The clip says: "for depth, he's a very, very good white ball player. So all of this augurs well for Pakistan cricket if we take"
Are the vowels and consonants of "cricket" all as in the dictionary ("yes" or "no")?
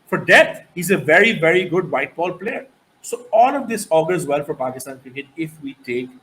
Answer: no